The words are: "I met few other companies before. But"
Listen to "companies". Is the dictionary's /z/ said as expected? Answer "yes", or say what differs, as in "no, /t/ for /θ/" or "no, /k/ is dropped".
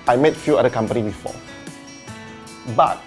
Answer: no, /z/ is dropped